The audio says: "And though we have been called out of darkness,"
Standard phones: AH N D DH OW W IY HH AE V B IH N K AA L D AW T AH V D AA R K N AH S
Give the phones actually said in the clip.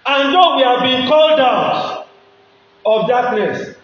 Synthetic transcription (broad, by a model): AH N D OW W IY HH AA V B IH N K AA L D AW T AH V D AA K N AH S